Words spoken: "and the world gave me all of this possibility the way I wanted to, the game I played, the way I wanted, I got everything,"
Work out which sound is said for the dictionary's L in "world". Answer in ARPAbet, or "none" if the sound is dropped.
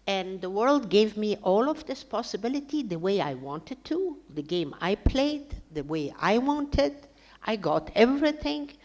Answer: L